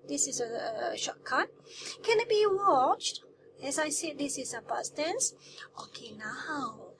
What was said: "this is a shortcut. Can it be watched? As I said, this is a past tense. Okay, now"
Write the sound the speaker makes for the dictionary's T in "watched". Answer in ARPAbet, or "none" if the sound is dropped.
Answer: T